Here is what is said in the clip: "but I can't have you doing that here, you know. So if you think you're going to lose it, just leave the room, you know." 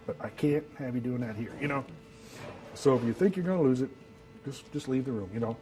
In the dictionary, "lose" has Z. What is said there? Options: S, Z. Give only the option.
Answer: Z